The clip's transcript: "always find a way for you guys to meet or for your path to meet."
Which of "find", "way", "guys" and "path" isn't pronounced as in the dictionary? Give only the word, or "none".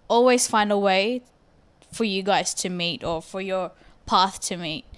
none